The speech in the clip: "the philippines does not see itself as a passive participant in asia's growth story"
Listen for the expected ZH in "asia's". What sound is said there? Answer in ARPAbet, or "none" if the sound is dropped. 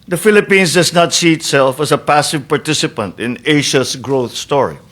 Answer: SH